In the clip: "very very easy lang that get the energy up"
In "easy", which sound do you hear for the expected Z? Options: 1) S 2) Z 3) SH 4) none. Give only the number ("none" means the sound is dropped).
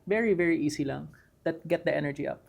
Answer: 1